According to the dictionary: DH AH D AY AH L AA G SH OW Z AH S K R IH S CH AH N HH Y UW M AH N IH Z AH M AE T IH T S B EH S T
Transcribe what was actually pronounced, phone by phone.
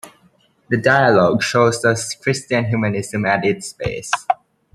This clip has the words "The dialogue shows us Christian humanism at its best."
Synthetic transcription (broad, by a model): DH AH D AY AH L AA G SH OW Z AH S K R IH S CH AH N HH Y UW M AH N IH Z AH M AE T IH T S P EH S